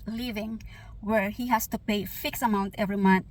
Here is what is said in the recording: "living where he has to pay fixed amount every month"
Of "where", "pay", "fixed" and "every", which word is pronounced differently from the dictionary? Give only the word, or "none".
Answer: fixed